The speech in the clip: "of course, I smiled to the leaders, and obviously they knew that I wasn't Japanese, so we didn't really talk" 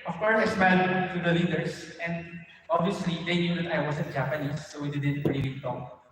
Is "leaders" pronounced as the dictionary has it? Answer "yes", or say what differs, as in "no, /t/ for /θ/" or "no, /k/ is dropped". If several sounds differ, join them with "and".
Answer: no, /s/ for /z/